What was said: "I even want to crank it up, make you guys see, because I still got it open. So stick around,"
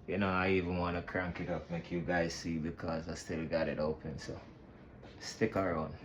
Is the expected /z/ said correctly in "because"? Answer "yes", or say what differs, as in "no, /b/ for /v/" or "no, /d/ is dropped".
yes